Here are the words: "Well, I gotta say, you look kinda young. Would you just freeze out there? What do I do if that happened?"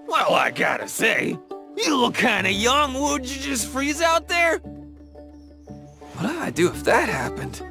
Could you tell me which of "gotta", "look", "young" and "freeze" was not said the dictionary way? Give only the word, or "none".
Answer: none